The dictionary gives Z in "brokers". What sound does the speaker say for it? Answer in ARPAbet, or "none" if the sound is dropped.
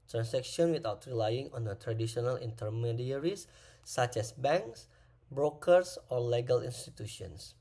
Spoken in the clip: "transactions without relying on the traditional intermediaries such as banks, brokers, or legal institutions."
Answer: S